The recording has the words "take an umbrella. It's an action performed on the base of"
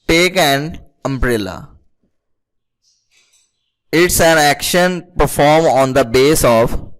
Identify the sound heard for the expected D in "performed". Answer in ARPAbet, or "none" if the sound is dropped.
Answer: none